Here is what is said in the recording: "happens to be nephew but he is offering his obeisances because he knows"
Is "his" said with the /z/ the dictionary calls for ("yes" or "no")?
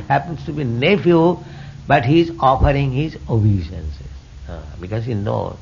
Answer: yes